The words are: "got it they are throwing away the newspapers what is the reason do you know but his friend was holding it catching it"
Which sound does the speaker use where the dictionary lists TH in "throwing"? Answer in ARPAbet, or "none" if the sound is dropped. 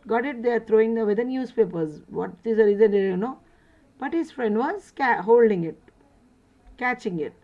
T